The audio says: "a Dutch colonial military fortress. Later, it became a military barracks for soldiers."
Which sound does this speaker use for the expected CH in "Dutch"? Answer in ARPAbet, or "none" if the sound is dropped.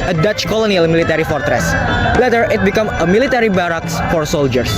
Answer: CH